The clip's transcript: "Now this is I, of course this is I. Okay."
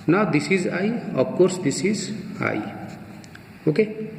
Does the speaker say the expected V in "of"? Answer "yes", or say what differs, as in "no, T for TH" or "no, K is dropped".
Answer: no, P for V